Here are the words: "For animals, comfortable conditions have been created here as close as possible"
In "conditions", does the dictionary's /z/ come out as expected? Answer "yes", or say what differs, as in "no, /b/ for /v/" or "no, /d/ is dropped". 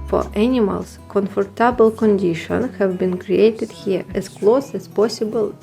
no, /z/ is dropped